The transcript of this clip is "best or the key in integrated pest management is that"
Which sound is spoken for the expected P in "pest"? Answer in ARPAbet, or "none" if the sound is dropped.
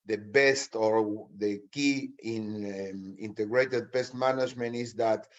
B